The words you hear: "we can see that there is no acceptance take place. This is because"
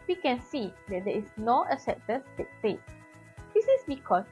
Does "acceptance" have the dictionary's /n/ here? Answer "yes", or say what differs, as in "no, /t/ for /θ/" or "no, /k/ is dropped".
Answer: no, /n/ is dropped